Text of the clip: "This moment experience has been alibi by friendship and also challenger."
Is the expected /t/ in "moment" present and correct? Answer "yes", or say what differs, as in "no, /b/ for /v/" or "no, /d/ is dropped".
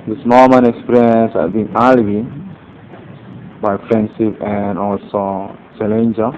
no, /t/ is dropped